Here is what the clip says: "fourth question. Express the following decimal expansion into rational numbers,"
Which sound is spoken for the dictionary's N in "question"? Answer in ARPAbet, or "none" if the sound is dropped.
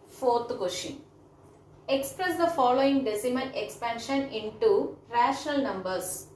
none